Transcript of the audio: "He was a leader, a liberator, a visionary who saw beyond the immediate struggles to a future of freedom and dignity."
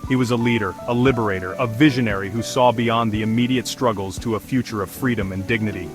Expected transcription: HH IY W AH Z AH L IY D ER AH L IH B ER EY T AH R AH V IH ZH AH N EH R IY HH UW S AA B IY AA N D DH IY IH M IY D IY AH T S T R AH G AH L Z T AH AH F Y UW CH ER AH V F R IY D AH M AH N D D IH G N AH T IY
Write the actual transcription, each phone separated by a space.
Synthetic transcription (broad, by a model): HH IY W AH Z AH L IY D ER AH L IH B ER EY T AH R AH V IH ZH AH N EH R IY HH UW S AA B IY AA N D DH IY IH M IY D IY AH T S T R AH G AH L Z T AH AH F Y UW CH ER AH V F R IY D AH M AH N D D IH G N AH T IY